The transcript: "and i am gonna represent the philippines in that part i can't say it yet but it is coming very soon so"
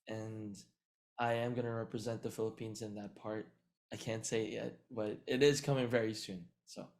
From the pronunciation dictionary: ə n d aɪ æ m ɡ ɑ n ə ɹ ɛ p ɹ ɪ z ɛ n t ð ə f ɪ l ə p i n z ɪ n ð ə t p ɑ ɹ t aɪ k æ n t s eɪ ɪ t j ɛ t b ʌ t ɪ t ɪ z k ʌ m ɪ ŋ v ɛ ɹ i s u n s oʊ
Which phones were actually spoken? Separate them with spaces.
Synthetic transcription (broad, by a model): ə n aɪ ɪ m ɡ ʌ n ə ɹ ɛ p ɹ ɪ z ɛ n ð ə f ɪ l ə p i n z ɪ n ð ə t p ɑ ɹ t aɪ k æ n t s eɪ ɪ t j ɛ t b ʌ t ɪ t ɪ z k ʌ m ɪ ŋ v ɛ ɹ i s u n s oʊ